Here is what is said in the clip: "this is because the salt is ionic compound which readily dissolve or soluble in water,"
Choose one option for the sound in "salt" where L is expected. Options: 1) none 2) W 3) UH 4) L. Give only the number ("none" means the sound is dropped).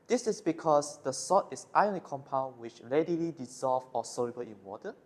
1